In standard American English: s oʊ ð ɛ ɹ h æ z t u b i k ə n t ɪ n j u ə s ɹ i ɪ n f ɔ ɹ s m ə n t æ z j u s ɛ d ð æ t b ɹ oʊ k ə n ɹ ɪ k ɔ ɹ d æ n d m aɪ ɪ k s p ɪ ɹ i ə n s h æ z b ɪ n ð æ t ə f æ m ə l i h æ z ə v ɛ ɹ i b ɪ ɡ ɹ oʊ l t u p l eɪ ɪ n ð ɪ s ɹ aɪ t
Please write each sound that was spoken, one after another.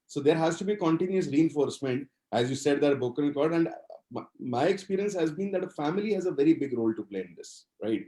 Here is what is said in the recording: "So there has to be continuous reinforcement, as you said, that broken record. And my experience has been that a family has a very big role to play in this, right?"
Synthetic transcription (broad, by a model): s oʊ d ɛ ɹ h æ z t u b i k ə n t ɪ n j u ə s ɹ i ɪ n f ɔ ɹ s m ə n t æ z j u s ɛ d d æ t b oʊ k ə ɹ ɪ k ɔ ɹ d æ n d m aɪ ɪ k s p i ɹ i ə n s h æ z b ɪ n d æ t ə f æ m ə l i h æ z ə v ɛ ɹ i b ɪ ɡ ɹ oʊ l t u p l eɪ ɪ n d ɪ s ɹ aɪ t